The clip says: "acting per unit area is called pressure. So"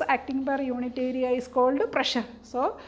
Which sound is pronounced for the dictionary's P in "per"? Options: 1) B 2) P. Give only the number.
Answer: 1